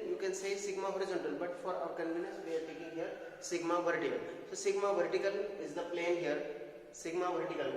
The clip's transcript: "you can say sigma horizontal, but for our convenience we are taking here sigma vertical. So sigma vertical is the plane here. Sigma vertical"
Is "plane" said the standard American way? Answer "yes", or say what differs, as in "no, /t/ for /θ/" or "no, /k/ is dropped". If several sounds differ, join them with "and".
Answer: yes